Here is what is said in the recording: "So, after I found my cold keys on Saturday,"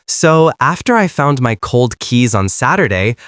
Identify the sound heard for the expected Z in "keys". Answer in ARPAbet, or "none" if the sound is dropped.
Z